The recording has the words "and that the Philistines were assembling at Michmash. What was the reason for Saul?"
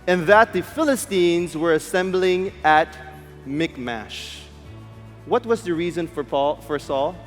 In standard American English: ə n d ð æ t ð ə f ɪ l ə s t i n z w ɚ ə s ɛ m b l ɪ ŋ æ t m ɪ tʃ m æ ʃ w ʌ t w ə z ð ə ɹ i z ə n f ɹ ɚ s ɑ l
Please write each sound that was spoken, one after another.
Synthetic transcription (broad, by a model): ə n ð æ t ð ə f ɪ l ə s t i n z w ɚ ə s ɛ m b l ɪ ŋ æ t m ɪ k m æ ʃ w ʌ t w ə z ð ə ɹ i z ə n f ɹ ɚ s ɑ l